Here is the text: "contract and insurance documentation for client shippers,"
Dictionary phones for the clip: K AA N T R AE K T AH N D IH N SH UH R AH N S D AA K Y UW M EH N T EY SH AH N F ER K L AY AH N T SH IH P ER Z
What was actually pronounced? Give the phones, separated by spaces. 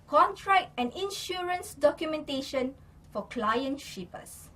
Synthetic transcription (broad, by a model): K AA N T R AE K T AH N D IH N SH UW R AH N S D AA K Y UW M EH N T EY SH AH N F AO K L AY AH N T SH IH P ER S